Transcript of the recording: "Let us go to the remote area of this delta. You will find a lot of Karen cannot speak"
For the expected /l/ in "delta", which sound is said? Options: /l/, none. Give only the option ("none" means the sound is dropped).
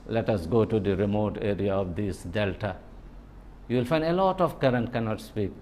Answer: /l/